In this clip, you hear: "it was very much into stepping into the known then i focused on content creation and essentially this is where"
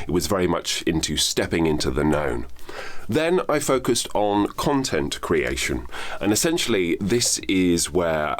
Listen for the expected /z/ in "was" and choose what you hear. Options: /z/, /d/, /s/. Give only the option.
/z/